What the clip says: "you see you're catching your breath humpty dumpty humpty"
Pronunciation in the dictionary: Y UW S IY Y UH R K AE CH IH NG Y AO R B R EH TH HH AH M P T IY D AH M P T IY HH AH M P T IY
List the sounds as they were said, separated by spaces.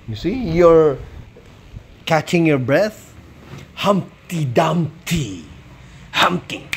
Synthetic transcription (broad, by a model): Y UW S IY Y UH R K AE CH IH NG Y AO R B R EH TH HH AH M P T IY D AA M T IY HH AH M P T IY